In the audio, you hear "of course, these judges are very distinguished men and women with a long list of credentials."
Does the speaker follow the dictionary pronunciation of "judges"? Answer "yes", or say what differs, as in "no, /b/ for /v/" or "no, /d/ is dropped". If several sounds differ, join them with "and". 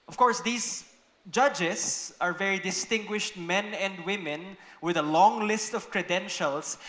no, /s/ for /z/